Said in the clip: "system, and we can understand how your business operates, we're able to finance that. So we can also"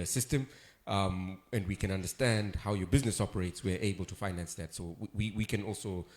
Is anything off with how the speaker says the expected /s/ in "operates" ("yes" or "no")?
no